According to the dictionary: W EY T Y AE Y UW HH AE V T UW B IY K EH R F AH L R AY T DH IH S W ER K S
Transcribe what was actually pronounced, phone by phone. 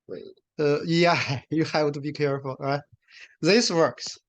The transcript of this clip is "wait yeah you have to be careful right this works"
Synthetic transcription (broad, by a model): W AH Y AE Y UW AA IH W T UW B IY K EH R F AH L R AY T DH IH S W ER K S